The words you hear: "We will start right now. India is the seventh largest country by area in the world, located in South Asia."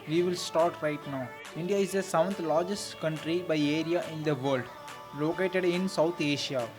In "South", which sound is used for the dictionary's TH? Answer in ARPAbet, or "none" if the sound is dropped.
T